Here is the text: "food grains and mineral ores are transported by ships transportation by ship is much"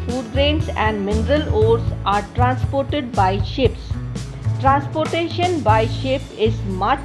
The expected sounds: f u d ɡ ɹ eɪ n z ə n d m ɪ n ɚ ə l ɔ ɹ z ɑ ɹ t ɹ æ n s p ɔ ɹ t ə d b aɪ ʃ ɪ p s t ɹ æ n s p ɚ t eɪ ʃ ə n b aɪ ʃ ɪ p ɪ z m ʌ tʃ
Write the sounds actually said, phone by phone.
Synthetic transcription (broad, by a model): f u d ɡ ɹ eɪ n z ə n d m ɪ n ɚ ə l ɔ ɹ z ɑ ɹ t ɹ æ n s p ɔ ɹ t ə d b aɪ ʃ ɪ p s t ɹ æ n s p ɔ t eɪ ʃ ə n b aɪ ʃ ɪ p ɪ z m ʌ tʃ